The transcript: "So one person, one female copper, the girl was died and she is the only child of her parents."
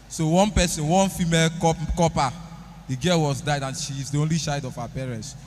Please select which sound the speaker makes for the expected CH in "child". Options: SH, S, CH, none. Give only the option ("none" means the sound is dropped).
SH